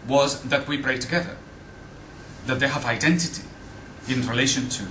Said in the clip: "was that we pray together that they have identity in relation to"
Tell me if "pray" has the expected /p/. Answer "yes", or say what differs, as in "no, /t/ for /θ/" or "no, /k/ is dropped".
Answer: no, /b/ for /p/